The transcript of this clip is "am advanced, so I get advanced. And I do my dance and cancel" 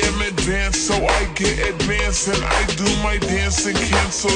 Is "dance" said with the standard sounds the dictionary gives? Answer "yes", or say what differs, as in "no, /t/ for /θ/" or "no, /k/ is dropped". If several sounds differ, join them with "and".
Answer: yes